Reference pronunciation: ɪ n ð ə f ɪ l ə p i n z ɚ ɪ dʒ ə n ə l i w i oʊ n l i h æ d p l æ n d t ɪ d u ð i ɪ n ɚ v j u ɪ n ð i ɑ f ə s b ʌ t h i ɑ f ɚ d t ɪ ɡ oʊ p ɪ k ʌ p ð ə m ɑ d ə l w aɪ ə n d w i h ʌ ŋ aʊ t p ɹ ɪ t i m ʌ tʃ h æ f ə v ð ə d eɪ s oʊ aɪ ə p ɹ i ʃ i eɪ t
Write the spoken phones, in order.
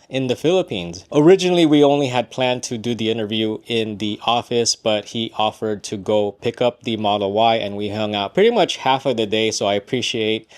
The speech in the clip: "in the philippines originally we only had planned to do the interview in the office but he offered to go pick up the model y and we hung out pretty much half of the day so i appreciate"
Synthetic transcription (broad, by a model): ɪ n ð ə f ɪ l ə p i n z ɚ ɪ dʒ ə n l i w i oʊ n l i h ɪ d p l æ n t ɪ d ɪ ð i ɪ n ɚ v j u ɪ n ð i ɑ f ə s b ʌ t h i ɑ f ɚ d t ɪ ɡ oʊ p ɪ k ʌ p ð ə m ɑ d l w aɪ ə n w i h ʌ ŋ aʊ t p ɹ ɪ t i m ʌ tʃ h æ f ə v ð ə d eɪ s oʊ aɪ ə p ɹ i ʃ i eɪ t